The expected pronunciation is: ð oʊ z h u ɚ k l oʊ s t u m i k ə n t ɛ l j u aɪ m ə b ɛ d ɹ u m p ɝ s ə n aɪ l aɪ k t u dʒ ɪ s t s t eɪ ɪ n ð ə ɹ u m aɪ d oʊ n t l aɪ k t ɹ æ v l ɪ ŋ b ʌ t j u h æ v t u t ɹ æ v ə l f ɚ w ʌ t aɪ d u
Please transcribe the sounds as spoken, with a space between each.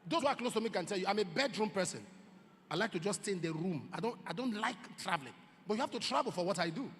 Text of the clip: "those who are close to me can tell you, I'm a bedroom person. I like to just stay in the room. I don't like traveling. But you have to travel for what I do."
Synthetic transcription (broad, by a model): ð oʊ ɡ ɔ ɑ k l oʊ s t u m i k ə n t ɛ l j u aɪ m ə b ɛ d ɹ u m p ɝ s ə n aɪ l aɪ k t u dʒ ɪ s s t eɪ ɪ n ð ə ɹ u m aɪ d oʊ n t l aɪ k t ɹ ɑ v l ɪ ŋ b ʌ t j u h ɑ f t u t ɹ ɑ v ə l f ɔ w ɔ t aɪ d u